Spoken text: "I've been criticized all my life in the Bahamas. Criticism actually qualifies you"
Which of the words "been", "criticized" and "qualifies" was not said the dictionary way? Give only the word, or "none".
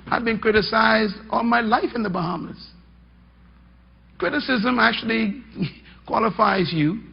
none